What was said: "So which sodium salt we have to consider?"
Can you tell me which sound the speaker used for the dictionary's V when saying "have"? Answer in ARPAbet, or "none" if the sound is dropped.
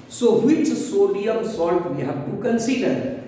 B